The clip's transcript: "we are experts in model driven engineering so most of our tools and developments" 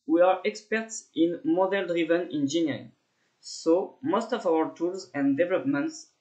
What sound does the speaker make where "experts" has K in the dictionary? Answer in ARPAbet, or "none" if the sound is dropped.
K